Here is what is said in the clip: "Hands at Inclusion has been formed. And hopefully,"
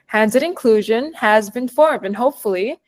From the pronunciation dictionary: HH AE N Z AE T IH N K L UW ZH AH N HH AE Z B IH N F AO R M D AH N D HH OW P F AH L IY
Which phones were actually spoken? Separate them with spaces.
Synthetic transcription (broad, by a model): HH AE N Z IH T IH N K L UW ZH AH N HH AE Z B IH N F AO R M D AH N HH OW P F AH L IY